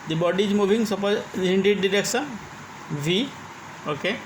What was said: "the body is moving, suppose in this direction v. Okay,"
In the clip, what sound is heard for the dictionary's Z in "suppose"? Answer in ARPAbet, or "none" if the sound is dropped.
none